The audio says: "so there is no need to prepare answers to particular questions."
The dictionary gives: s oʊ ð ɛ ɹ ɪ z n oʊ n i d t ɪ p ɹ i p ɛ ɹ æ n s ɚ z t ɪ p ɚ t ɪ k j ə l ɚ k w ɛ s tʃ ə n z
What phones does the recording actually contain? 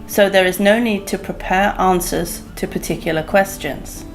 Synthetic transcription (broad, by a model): s oʊ ð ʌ ɹ ɪ z n oʊ n i d t ɪ p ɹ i p ɛ ɹ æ n s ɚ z t ɪ p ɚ t ɪ k j l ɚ k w ɛ s tʃ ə n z